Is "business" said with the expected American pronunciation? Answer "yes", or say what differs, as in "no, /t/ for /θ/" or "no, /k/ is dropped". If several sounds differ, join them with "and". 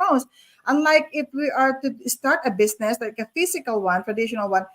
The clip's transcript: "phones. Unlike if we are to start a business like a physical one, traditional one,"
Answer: no, /s/ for /z/